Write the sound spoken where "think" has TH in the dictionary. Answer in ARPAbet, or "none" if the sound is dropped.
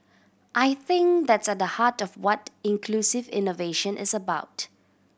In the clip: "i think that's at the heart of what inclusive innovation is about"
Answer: TH